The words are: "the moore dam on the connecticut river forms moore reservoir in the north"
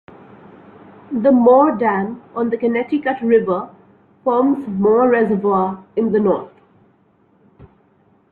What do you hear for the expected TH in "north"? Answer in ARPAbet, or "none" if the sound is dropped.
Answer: T